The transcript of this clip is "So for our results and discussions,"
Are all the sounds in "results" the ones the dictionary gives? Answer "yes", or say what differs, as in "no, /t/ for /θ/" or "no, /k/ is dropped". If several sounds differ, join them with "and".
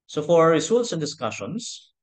no, /s/ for /z/